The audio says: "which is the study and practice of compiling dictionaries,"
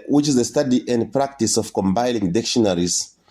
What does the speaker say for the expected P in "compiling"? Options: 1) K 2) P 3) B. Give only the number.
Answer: 3